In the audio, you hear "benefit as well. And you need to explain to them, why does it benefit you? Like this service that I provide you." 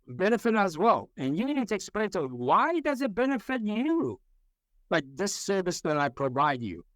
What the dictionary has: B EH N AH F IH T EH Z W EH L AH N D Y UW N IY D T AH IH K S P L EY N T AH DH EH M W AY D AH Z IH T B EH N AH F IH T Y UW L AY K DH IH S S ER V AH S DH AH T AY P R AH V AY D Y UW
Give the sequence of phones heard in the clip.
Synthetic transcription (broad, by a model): B EH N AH F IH T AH Z W EH L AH N Y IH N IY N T IH K S P L EY N T AH W AY D AH Z IH T B EH N AH F IH T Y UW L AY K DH IH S S ER V AH S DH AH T AY P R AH V AY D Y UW